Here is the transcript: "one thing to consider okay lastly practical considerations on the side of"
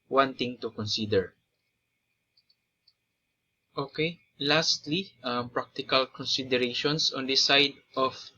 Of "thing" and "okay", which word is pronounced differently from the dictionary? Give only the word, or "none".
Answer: thing